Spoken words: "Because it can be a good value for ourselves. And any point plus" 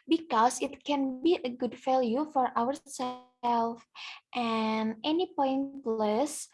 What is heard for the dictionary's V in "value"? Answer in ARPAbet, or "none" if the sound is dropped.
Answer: F